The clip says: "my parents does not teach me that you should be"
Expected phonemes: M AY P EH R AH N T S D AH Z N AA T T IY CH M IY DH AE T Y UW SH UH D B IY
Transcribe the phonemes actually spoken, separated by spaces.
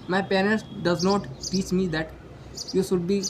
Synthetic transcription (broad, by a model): M AY P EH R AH L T D AH Z N AA T T IY CH M IY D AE T Y UW SH UH D B IY